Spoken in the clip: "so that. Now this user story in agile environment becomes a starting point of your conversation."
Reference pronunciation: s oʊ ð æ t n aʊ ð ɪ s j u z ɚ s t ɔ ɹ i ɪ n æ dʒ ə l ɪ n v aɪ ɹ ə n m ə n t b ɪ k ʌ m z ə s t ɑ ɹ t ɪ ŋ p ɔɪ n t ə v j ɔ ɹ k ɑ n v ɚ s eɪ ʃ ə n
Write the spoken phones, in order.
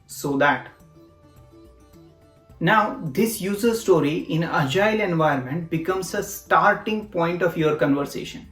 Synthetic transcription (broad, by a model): s oʊ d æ t n aʊ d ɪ s j u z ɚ s t ɔ ɹ i ɪ n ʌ dʒ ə l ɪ n v aɪ ə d m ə n t b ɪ k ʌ m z ə s t ɑ ɹ t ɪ ŋ p ɔɪ n t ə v j ɔ ɹ k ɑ n v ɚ s eɪ ʃ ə n